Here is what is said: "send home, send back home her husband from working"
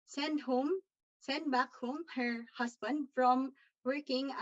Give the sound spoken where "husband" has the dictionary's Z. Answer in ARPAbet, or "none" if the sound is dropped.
S